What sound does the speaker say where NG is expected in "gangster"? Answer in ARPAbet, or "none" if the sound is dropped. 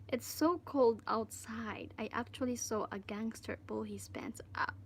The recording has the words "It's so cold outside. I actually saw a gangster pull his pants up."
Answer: NG